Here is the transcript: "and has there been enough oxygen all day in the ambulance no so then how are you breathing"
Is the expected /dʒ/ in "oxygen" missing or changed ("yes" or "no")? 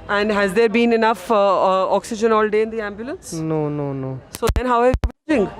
no